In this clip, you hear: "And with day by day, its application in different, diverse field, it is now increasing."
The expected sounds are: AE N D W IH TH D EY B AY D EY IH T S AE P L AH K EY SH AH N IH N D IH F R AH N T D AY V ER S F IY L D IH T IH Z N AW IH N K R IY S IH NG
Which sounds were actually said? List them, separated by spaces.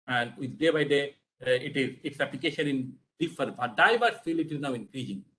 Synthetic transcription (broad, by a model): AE N D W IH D D EY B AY D EY IH T S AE P L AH K EY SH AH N IH N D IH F AH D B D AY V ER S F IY L IH T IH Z N AW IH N K R IY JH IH NG